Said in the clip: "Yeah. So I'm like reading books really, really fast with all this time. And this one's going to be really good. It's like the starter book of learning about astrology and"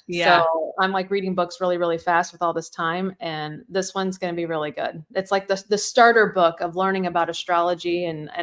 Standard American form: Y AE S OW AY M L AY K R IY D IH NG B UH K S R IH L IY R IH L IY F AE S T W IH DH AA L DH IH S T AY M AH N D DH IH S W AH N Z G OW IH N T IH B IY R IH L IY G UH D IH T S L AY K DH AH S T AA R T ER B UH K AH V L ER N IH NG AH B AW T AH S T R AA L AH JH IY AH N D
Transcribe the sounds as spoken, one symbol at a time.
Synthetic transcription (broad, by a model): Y S OW AY M L AY K R IY D IH NG B UH K S R IH L IY R IH L IY F AE S T W IH DH AA L DH IH S T AY M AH N DH IH S W AH N Z G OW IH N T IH B IY R IH L IY G UH D IH T S L AY K DH AH S T AA R T ER B UH K AH V L ER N IH NG AH B AW T AH S T R AA L AH JH IY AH N